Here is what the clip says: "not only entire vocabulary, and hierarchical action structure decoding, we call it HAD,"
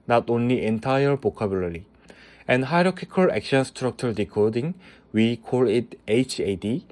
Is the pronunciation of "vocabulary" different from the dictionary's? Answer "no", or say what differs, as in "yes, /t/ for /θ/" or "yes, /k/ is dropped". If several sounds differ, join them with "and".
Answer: yes, /b/ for /v/